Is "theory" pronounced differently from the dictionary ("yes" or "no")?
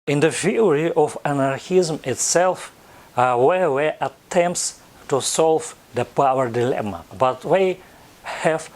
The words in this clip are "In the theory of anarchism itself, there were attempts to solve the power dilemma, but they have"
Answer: yes